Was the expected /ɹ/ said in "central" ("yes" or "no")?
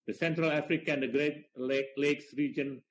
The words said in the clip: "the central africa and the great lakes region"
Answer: yes